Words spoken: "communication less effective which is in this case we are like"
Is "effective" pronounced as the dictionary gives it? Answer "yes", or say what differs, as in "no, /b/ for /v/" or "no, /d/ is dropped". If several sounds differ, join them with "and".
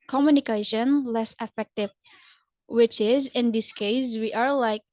yes